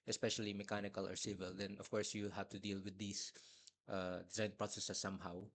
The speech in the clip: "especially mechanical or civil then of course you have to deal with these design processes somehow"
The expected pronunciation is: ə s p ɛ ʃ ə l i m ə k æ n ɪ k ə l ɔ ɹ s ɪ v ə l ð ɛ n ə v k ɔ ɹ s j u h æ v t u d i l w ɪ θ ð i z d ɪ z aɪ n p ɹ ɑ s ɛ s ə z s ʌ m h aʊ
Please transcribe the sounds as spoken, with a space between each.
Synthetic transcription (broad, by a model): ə s p ɛ ʃ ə l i m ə k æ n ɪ k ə l ɔ ɹ s ɪ v ə l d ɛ n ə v k ɔ ɹ s j u h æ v t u d i l w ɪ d i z d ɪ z aɪ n p ɹ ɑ s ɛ s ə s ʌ m h aʊ